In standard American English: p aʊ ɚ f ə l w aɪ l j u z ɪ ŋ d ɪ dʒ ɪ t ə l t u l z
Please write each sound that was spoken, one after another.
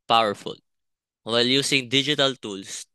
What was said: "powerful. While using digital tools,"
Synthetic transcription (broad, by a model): p aʊ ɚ f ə l w aɪ l j u s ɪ ŋ d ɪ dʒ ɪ t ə l t u l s